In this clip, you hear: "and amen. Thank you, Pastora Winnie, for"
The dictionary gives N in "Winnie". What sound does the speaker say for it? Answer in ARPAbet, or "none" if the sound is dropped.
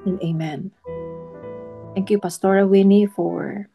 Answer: N